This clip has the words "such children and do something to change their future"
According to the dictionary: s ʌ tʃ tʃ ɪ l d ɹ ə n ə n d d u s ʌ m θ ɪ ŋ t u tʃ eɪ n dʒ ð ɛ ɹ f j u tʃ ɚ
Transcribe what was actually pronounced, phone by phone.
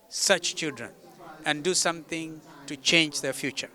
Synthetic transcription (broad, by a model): s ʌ tʃ tʃ ɪ l d ɹ ə n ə n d d u s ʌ m t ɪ ŋ t u tʃ eɪ n dʒ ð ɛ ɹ f j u tʃ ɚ